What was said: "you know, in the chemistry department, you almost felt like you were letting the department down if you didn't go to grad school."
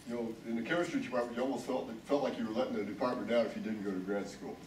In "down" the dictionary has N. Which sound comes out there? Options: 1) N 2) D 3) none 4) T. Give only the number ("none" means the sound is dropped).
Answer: 3